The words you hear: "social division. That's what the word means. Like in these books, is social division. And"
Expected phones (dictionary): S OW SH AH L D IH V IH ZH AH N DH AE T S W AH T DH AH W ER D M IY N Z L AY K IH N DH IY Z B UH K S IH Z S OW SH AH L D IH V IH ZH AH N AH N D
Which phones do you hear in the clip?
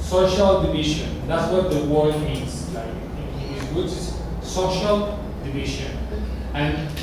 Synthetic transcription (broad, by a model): S OW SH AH L D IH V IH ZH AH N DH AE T S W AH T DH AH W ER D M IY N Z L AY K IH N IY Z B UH S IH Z S OW SH AH L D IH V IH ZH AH N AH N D